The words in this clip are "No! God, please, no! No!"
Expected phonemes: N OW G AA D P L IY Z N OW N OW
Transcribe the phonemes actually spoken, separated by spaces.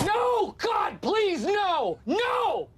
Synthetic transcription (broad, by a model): N OW G AA D P L IY Z N OW N OW